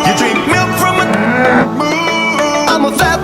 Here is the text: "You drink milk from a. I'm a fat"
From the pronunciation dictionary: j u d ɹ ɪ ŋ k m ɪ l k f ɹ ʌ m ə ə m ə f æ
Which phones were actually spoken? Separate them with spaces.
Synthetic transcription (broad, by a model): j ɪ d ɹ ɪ k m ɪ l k f ɹ ʌ m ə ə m ə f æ